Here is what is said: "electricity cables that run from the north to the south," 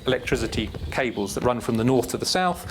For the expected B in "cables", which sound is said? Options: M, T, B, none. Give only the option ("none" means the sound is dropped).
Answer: B